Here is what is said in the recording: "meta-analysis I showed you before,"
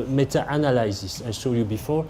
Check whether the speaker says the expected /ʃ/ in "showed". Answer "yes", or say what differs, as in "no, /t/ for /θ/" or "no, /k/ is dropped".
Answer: no, /s/ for /ʃ/